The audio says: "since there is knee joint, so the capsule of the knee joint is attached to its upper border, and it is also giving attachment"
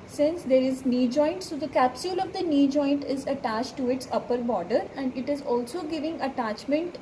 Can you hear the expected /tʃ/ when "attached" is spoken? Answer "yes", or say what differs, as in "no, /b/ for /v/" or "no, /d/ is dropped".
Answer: yes